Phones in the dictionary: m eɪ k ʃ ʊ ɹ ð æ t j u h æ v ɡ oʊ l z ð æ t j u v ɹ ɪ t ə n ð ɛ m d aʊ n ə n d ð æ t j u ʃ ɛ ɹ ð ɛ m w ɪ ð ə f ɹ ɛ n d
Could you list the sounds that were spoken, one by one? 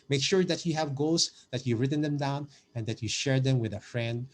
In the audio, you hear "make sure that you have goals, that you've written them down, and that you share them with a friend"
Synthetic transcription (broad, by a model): m eɪ k ʃ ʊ ɹ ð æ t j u h æ v ɡ oʊ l s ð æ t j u ɹ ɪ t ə n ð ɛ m d aʊ n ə n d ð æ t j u ʃ ɛ ɹ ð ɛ m w ɪ ð ə f ɹ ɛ n d